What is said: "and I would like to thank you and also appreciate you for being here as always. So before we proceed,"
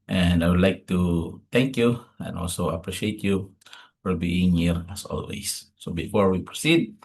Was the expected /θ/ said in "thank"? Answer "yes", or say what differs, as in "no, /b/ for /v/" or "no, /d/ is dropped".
no, /t/ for /θ/